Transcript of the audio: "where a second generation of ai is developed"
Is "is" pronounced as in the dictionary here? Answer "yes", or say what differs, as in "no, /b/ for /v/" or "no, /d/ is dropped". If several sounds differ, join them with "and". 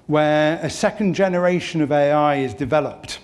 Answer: yes